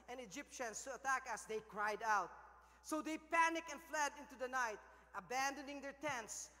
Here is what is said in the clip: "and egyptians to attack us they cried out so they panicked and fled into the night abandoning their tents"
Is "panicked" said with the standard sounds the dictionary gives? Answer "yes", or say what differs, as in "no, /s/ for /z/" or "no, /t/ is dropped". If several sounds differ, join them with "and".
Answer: no, /t/ is dropped